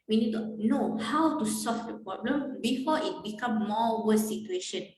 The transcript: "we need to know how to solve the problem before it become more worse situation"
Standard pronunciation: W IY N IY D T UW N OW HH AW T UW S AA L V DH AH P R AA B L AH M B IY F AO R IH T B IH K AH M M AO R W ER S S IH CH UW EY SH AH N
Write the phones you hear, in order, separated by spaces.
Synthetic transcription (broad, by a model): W IY N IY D T UW N OW HH AW T UW S AA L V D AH P R AA B L AH M B IY F AO IH T B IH K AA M M AO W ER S S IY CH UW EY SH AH N